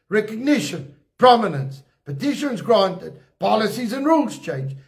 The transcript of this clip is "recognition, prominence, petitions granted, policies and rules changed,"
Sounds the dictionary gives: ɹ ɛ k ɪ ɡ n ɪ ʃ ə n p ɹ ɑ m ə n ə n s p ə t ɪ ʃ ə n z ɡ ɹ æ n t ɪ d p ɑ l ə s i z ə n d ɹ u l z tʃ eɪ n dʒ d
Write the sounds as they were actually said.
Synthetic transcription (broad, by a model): ɹ ɛ k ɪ ɡ n ɪ ʃ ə n p ɹ ɑ m ə n ə n s p ə t ɪ ʃ ə n z ɡ ɹ æ n t ɪ d p ɑ l ə s i z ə n ɹ u l z tʃ eɪ n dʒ